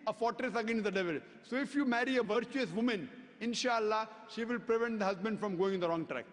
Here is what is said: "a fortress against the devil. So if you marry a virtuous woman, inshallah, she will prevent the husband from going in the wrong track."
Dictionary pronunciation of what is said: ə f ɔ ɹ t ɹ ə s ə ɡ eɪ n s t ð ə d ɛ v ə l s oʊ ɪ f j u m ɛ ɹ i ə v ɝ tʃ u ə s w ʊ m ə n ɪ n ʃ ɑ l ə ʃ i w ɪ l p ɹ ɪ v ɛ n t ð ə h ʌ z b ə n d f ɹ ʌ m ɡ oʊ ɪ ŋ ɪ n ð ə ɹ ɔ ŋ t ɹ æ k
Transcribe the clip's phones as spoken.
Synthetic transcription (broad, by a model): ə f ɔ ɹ t ɹ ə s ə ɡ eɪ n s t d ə d ɛ v ə l s oʊ ɪ f j u m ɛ ɹ i ə v ɝ tʃ u ə s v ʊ m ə n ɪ n ʃ ɑ l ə ʃ i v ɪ l p ɹ ɪ v ɛ n t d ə h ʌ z b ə n d f ɹ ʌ m ɡ oʊ ɪ ŋ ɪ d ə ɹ ɔ ŋ t ɹ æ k